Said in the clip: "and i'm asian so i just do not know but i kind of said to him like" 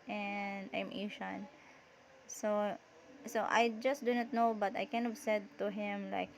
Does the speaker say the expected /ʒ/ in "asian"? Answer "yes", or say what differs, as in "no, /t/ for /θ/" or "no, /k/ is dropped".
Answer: no, /ʃ/ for /ʒ/